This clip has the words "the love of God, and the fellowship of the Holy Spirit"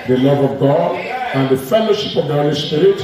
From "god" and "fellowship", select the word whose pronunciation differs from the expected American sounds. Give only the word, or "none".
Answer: none